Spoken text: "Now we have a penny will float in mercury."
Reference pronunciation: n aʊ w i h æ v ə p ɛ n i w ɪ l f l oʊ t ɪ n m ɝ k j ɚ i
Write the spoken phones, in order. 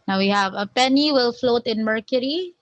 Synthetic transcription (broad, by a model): n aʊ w i h æ v ə p ɛ n i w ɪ l f l oʊ t ɪ n m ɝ k j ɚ i